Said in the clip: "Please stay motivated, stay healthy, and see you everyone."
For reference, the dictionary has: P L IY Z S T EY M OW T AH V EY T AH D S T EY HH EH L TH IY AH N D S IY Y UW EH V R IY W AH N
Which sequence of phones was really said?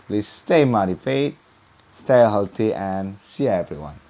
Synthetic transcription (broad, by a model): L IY S T EY M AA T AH F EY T S T EY HH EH L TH IY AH N S IY EH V R IY W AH N